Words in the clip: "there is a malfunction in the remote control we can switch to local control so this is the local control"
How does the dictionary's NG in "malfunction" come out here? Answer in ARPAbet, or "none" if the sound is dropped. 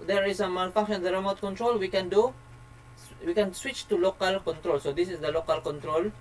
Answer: none